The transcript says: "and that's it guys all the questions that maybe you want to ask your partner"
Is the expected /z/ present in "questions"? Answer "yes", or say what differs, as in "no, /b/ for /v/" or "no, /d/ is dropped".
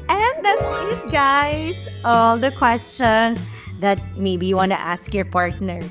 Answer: no, /s/ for /z/